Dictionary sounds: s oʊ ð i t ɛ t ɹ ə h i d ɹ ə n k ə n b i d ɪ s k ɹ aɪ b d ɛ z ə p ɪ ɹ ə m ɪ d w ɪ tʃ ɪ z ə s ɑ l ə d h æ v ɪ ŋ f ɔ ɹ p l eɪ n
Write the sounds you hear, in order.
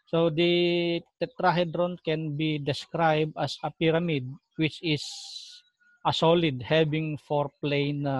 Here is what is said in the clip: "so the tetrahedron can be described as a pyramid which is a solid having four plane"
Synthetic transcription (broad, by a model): s oʊ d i t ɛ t ɹ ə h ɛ d ɹ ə n k ə n b i d ɪ s k ɹ aɪ b d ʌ s ə p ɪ ɹ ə m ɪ d w ɪ tʃ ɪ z ə s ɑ l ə d h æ b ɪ ŋ f ɔ ɹ p l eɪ n